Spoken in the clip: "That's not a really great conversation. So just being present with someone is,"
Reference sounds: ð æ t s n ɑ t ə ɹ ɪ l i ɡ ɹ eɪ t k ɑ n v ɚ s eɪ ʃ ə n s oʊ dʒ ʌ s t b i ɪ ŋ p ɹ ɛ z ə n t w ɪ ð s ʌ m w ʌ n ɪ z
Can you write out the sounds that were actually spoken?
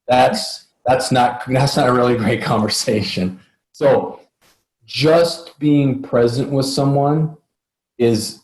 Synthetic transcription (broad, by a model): ð æ t s n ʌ t ə ɹ ɪ l i ɡ ɹ eɪ t k ɑ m v ɚ s eɪ ʃ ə n s oʊ dʒ ʌ s t b i ɪ ŋ p ɹ ɛ z ə n t w ɪ ð s ʌ m w ʌ n ɪ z